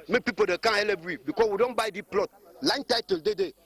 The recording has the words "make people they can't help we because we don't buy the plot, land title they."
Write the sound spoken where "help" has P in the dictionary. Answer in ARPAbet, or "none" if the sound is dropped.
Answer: B